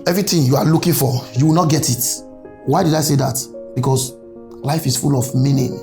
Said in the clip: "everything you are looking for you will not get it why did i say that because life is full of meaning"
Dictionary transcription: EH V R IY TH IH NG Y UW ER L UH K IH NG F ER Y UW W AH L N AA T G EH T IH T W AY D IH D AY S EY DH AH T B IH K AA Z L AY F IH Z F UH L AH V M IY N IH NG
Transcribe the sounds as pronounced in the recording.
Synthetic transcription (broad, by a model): EH V R IY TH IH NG Y UW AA L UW K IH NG F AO Y UW W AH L N AA T G EH T IH T W AY D IH D AY S EY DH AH T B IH K AA S L AY F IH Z F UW L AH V M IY N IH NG